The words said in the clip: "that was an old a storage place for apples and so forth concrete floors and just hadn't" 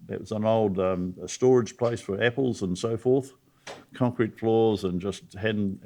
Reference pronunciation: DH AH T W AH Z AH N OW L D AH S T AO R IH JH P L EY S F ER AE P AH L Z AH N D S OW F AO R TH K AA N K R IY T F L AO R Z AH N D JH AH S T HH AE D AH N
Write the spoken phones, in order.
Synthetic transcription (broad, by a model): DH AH T W AH Z AH N OW L D AH S T AO R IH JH P L EY S F ER AE P L Z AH N S OW F AO R TH K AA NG K R IY T F L AO R Z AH N JH AH S T HH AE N